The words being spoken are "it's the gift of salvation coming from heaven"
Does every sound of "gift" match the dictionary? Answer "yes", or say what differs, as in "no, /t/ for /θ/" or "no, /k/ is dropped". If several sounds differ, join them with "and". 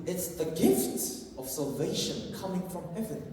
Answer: yes